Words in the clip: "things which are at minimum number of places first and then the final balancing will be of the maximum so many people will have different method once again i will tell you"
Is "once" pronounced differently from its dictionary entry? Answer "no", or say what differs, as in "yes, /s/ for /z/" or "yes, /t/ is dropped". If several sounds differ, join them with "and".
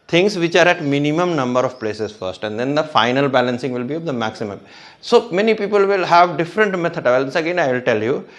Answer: yes, /l/ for /n/